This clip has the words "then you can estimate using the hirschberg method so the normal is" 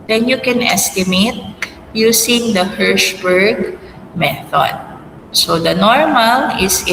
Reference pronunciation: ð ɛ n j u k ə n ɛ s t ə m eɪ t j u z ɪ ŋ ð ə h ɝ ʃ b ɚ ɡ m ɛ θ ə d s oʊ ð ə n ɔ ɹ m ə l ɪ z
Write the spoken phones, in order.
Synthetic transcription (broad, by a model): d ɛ n j u k ə n ɛ s t ə m eɪ t j u s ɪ ŋ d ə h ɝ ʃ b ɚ ɡ m ɛ θ ə d s oʊ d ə n ɔ ɹ m ə l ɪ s